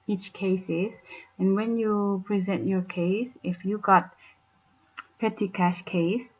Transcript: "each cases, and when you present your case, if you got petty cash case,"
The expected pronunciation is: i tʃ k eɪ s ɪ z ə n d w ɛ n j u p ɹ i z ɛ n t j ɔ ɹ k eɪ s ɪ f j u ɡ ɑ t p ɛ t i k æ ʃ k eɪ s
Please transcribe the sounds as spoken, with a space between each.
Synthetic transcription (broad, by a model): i tʃ k eɪ s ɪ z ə n w ɛ n j u p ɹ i z ɛ n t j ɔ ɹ k eɪ s ɪ f j u ɡ ɑ t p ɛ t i k æ ʃ k eɪ s